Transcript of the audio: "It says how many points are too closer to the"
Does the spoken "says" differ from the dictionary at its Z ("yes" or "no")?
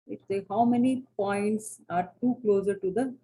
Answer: yes